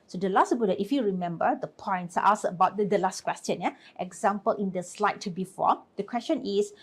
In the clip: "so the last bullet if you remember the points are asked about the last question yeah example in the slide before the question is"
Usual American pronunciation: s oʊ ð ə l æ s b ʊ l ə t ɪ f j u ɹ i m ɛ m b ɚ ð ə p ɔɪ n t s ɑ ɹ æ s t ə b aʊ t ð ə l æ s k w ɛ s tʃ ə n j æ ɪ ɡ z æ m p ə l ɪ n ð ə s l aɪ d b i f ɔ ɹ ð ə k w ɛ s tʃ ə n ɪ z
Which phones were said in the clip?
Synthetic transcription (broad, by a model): s oʊ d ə l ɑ s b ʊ ə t ɪ f j u ɹ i m ɛ m b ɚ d ə p ɔɪ n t s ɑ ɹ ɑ s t ə b aʊ t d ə l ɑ s k w ɛ s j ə n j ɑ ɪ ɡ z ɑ m p ə l ɪ n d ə s l aɪ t b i f ɔ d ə k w ɛ s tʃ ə n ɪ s